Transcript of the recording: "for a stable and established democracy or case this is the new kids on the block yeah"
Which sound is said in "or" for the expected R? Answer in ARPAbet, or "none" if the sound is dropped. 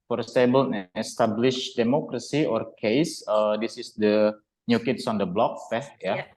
R